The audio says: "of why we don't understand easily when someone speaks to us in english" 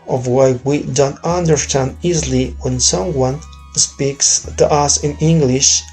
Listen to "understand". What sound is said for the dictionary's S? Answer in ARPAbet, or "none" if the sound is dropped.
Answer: S